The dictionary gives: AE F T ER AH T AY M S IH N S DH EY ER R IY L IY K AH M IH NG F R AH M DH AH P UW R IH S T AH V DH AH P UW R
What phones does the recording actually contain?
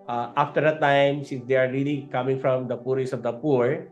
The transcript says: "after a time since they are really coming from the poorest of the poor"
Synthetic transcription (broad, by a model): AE F T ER AH T AY M S IH N S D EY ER R IY L IY K AH M IH NG F R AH M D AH P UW R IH S AH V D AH P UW R